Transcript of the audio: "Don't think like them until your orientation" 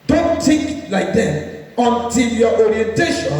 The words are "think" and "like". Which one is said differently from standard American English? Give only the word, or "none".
think